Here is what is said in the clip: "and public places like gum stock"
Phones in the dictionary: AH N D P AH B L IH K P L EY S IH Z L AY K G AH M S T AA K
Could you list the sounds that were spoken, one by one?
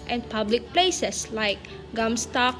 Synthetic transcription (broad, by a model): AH N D P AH B L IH K P L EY S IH S L AY K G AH M S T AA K